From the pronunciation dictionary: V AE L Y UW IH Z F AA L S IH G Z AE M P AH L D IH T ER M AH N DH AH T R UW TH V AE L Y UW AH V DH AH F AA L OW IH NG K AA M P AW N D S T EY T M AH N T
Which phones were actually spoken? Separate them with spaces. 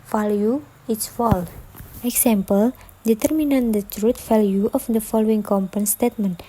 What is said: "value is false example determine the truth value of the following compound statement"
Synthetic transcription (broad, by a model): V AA L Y UW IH S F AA L IH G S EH M P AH L D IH T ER M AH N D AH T R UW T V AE L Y UW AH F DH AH F AA L OW IH NG K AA M P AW N S T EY T M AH N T